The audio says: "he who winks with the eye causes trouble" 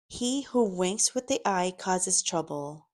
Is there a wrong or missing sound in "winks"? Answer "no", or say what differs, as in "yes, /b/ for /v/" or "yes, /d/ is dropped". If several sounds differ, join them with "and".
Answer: no